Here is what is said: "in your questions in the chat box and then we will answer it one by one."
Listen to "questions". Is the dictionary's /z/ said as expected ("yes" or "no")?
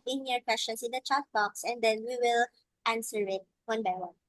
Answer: no